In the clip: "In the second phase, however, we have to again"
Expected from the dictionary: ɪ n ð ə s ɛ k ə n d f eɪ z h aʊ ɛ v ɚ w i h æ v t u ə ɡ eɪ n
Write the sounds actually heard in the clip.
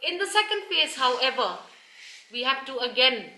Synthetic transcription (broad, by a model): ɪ n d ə s ɛ k ə n d p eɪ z h aʊ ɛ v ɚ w i h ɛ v t u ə ɡ eɪ n